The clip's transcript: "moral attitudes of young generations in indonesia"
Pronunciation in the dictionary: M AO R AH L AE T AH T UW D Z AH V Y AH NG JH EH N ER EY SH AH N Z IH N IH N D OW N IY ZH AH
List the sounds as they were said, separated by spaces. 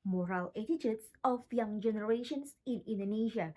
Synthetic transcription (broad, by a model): M AO R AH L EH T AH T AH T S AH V Y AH NG JH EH N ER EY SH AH N S IH N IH N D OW N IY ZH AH